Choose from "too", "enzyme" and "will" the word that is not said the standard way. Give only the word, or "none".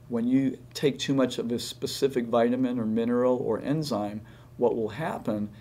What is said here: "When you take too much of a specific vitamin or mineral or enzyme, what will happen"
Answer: none